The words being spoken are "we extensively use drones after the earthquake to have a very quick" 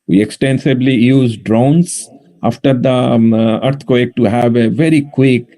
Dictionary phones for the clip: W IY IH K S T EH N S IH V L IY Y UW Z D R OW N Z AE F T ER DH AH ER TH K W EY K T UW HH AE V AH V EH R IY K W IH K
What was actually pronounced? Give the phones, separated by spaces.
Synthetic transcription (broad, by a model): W IY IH K S T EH N S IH B L IY Y UW Z D R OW N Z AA F T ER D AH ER T K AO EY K T UW HH AE V AH V EH R IY K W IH K